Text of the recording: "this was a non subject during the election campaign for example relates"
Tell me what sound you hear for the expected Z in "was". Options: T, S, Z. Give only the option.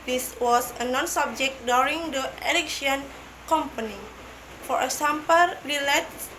S